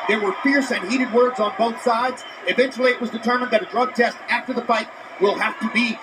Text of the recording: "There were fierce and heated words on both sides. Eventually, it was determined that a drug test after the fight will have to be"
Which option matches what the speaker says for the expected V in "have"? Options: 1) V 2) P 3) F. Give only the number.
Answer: 3